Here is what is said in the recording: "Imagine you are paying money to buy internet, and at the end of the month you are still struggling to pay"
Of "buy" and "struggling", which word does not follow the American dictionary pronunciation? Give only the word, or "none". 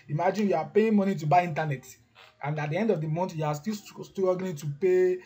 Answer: struggling